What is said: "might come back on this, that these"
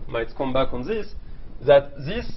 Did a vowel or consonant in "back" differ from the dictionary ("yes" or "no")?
no